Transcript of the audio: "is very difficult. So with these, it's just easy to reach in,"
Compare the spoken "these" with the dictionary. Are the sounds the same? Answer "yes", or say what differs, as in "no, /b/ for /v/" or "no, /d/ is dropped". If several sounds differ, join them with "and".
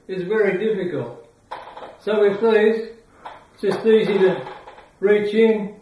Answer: no, /z/ is dropped